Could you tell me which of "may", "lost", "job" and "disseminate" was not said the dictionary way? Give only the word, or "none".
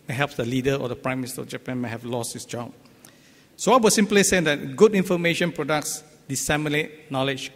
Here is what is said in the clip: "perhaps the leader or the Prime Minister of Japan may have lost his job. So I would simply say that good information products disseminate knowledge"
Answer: none